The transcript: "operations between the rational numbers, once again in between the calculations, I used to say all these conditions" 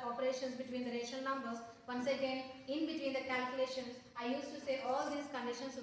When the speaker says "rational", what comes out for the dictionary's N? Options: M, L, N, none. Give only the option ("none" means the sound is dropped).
none